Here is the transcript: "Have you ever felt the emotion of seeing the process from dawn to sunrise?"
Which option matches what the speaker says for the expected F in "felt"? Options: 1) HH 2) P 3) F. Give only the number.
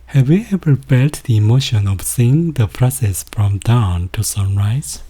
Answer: 2